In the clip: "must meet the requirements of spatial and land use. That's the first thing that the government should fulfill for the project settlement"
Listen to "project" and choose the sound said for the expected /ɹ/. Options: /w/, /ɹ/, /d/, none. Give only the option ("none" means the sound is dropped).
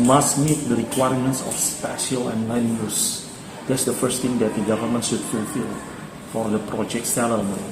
/ɹ/